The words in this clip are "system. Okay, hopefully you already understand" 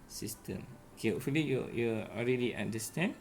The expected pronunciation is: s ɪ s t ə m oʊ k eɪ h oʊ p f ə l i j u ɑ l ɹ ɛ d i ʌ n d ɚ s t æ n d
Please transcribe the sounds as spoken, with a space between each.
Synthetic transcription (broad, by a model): s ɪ s t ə m oʊ k eɪ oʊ f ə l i j u ɑ l ɹ ɛ d i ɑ n d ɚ s t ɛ n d